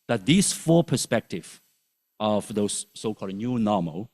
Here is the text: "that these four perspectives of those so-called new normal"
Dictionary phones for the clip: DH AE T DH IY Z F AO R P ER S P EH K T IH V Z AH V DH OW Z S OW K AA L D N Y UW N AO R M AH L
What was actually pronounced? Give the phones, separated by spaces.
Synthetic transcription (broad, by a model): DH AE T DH IY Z F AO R P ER S P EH K T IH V AH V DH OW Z S OW K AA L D N Y UW N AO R M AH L